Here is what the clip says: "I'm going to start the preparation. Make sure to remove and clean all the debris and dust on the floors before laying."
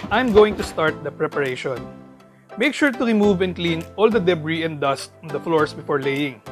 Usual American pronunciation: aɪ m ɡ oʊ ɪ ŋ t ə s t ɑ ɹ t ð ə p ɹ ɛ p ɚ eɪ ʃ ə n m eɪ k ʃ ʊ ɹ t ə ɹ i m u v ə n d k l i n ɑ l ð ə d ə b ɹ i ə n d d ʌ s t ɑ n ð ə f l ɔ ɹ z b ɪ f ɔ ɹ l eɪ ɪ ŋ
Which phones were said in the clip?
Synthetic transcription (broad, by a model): aɪ m ɡ oʊ ɪ ŋ t ə s t ɑ ɹ t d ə p ɹ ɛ p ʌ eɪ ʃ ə n m eɪ k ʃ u ɹ t ə ɹ i m u v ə n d k l i n ɑ l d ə d ə b ɹ i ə n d d ʌ s t ɑ n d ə f l ɔ ɹ s b ɪ f ɔ ɹ l eɪ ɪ ŋ